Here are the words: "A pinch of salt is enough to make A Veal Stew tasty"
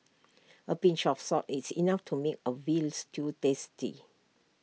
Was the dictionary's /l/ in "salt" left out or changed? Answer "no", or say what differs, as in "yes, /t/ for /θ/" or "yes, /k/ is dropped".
yes, /l/ is dropped